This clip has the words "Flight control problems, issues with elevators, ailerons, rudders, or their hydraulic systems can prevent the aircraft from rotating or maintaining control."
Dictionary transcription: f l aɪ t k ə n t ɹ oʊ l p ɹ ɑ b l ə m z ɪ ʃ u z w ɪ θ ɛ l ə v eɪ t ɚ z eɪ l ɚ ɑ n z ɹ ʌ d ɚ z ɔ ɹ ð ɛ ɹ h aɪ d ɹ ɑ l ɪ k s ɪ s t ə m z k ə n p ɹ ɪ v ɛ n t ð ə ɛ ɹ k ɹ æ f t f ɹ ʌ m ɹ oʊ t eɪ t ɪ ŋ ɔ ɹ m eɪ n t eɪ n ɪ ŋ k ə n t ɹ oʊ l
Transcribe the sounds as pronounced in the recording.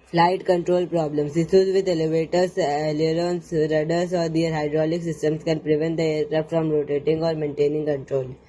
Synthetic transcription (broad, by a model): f l aɪ t k ə n t ɹ oʊ l p ɹ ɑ b l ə m s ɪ s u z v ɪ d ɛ l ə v eɪ t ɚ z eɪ l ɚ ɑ n s ɹ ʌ d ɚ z ɔ ɹ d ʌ ɹ h aɪ d ɹ ɑ l ɪ k s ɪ s t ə m s k ə n p ɹ ɪ v ɛ n t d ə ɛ ɹ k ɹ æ p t f ɹ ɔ m ɹ oʊ t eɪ t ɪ ŋ ɔ ɹ m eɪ n t eɪ n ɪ ŋ k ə n t ɹ oʊ l